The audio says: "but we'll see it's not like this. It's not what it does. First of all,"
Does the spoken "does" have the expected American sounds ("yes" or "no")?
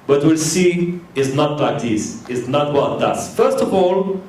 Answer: no